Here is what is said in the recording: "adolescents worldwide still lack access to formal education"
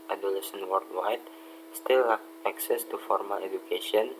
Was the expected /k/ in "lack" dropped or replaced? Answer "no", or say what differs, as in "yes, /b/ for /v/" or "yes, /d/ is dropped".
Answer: yes, /k/ is dropped